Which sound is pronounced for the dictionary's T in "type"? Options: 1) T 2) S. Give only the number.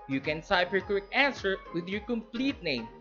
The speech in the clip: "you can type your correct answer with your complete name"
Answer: 2